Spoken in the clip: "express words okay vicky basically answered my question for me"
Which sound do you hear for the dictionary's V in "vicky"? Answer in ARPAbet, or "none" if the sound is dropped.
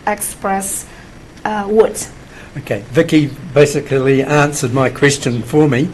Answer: V